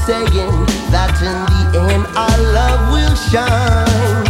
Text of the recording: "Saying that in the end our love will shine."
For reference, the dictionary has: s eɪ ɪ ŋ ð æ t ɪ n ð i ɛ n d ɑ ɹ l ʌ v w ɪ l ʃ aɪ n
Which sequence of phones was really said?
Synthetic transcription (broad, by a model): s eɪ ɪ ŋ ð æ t ɪ n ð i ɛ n ɑ l ʌ v w ɪ l ʃ aɪ n